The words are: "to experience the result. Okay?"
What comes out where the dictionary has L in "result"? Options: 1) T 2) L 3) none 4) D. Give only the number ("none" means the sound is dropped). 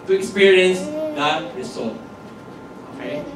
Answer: 3